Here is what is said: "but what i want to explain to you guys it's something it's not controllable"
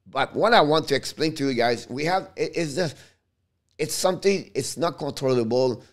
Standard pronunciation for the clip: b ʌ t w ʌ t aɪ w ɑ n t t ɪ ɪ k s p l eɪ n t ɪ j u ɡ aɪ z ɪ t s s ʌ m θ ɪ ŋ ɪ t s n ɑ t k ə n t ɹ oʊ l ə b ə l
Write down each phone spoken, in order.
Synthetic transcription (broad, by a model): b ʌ t w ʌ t aɪ w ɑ n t t ɪ ɪ k s p l eɪ n t ɪ j u ɡ aɪ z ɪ t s s ʌ m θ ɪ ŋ ɪ t s n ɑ t k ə n t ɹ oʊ l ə b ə l